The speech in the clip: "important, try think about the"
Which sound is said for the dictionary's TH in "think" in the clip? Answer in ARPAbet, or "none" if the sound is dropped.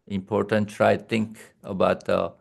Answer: T